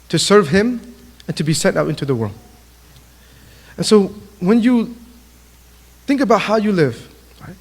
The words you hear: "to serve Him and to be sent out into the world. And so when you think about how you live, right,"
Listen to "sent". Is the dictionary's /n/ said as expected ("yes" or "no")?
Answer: no